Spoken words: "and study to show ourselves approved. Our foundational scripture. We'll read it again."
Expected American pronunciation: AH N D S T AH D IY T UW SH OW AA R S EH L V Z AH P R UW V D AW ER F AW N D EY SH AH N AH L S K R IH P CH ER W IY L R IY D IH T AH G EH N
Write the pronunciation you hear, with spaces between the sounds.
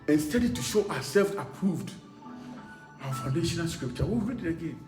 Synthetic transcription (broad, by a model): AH N S T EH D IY T UW SH OW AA S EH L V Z AH P R UW V D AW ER F AW N D EY SH AH N AH L S K R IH P CH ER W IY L R IY D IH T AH G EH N